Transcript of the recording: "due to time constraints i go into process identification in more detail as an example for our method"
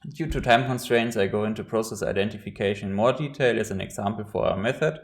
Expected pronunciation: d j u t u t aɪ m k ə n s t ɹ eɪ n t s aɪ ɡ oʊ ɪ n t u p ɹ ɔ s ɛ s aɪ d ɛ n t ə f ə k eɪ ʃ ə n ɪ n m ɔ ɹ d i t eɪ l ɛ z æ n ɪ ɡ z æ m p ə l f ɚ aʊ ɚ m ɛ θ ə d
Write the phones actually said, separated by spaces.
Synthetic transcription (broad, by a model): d j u t u t aɪ m k ə n s t ɹ eɪ n t s aɪ ɡ oʊ ɪ n t u p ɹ ɔ s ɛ s aɪ d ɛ n t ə f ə k eɪ ə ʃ ɪ n m ɔ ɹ d i t eɪ l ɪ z æ n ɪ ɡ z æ m p l f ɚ aʊ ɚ m ɛ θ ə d